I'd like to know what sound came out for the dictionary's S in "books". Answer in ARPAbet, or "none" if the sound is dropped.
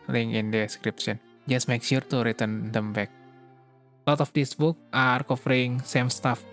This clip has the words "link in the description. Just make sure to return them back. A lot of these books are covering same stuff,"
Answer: none